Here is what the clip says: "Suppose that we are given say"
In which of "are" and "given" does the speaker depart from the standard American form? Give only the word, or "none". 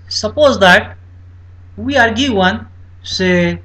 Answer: given